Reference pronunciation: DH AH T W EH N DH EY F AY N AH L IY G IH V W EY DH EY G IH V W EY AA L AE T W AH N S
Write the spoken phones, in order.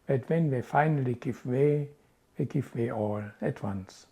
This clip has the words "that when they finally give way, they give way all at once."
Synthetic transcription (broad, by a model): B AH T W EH N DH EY F AY N AH L IY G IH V W EY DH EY G IH V W EY AA L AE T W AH N S